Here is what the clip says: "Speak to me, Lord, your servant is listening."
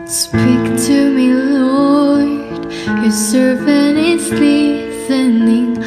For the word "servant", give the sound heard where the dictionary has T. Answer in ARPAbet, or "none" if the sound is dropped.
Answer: none